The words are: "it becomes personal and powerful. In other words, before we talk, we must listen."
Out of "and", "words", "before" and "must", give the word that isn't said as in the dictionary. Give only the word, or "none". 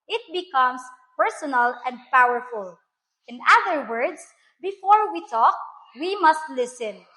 words